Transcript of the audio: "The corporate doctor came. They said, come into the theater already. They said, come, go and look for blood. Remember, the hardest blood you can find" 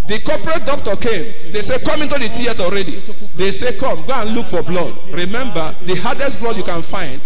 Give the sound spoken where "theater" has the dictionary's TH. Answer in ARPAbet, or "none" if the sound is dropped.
T